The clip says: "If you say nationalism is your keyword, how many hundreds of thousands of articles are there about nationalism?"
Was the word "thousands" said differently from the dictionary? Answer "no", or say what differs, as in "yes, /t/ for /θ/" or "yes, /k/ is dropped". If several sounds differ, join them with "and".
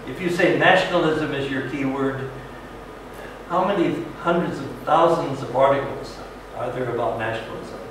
no